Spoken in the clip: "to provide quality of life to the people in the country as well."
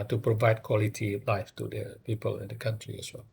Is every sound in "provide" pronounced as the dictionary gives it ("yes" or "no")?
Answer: yes